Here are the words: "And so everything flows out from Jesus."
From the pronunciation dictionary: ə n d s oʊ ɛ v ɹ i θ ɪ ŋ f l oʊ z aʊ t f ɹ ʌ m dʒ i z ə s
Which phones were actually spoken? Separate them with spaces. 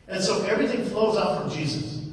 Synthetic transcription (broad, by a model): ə n s oʊ ɛ v ɹ i θ ɪ ŋ f l oʊ z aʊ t f ɹ ʌ m dʒ i z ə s